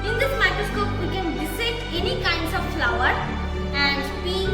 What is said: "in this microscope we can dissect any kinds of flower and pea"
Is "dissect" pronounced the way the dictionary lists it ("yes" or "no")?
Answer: no